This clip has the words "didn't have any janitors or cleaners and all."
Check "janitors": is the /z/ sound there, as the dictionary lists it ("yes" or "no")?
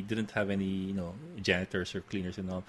no